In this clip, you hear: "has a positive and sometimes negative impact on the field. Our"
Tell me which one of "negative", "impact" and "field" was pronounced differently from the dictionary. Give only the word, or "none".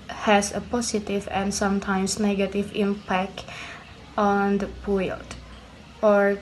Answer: field